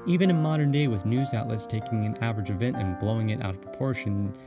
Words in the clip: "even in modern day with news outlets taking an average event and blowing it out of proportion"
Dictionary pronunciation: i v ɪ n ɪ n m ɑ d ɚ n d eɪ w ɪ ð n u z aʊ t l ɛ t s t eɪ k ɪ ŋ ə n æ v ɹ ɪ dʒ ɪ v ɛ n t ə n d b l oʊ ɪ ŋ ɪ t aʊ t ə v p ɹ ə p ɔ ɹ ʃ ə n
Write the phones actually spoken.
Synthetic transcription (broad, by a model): i v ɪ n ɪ m ɑ d ɚ n d eɪ w ɪ ð n u z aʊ t l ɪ t s t eɪ k ɪ ŋ ə n æ v ɹ ɪ dʒ ɪ v ɛ n t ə n b l oʊ ɪ ŋ ɪ t aʊ t ə v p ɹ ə p ɔ ɹ ʃ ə n